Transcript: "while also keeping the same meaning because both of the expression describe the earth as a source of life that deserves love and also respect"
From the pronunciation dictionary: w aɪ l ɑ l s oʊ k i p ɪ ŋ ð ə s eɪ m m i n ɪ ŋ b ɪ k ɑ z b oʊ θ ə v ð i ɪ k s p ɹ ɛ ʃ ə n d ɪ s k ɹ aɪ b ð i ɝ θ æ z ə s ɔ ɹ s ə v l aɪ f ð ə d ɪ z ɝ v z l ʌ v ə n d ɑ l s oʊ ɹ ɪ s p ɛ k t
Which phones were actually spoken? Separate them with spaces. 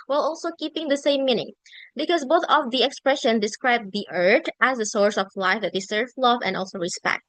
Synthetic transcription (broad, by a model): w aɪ l ɑ l s oʊ k i p ɪ ŋ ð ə s eɪ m m i n ɪ ŋ b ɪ k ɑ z b oʊ θ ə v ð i ɪ k s p ɹ ɛ ʃ ə n d ɪ s k ɹ aɪ b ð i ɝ t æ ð ə s ɔ ɹ s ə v l aɪ f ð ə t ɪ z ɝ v l ʌ v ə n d ɑ l s oʊ ɹ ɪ s p ɛ k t